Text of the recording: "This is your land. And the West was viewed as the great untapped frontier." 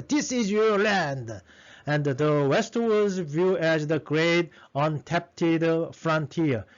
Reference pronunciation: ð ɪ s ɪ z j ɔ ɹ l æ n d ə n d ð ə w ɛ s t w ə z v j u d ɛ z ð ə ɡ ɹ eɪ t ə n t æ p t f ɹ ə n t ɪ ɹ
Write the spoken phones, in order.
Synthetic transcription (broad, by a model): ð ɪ s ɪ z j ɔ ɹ l æ n d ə n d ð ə w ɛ s t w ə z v j u ɛ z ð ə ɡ ɹ eɪ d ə n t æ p t f ɹ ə n t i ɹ